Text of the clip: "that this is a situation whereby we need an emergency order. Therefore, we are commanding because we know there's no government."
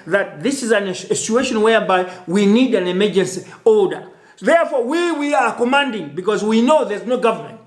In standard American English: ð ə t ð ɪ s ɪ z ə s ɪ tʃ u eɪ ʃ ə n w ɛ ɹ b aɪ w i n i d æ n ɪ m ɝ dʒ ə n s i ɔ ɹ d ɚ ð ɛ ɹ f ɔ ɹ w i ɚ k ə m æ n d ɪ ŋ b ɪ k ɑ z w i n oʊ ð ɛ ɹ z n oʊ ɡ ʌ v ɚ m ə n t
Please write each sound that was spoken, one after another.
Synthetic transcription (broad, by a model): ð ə t ð ɪ s ɪ z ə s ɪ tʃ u eɪ ʃ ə n w ɛ ɹ b aɪ w i n i d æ n ɪ m ɝ dʒ ə n s i ɔ l d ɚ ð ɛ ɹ f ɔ w w i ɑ k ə m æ n d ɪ ŋ b ɪ k ɑ z w i n oʊ ð ɛ ɹ z n oʊ ɡ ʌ v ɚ m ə n t